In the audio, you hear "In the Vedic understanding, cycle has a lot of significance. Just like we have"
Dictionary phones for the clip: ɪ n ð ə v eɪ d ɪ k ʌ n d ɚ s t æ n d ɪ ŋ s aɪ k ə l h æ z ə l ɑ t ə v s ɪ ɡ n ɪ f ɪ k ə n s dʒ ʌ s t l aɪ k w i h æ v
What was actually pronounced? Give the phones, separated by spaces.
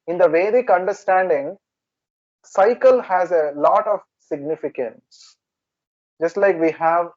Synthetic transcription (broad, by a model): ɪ n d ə v eɪ d ɪ k ʌ n d ɚ s t æ n d ɪ ŋ s aɪ k ə l h æ z ə l ɑ t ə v s ɪ ɡ n ɪ f ɪ k ə n s dʒ ʌ s t l aɪ k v i h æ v